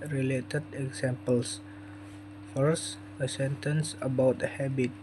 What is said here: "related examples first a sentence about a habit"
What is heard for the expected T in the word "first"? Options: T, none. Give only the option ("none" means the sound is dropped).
none